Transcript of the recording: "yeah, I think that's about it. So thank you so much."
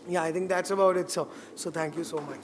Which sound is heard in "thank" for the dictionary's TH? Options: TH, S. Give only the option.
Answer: S